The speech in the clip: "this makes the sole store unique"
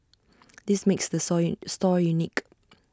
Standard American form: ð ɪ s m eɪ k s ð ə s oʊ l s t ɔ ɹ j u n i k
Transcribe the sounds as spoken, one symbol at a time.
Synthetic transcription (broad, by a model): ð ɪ s m eɪ k s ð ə s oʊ s t ɔ ɹ j u n i k